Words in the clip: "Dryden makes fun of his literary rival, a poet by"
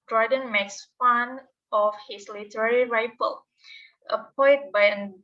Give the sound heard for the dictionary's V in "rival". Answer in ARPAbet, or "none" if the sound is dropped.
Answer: F